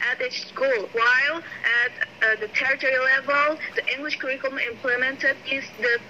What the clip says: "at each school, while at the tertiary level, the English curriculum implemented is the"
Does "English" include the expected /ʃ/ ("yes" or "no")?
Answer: yes